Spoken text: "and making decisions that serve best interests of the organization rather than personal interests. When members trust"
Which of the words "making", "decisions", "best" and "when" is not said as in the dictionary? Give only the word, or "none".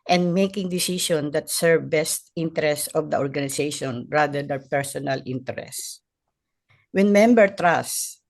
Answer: decisions